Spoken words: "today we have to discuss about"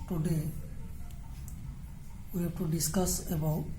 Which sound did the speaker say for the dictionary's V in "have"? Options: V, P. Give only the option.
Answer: P